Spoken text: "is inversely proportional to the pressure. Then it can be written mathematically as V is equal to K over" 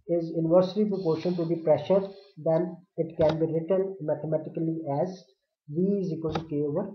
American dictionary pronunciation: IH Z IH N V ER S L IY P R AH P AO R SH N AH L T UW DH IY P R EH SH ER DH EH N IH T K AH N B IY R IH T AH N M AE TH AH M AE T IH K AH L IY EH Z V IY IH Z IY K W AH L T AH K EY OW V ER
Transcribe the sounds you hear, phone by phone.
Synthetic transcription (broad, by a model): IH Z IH N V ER S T IY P R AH P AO R SH AH N T UW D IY P R EH SH ER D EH N IH T K AH N B IY R IH T AH N M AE T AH M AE T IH K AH L IY EH Z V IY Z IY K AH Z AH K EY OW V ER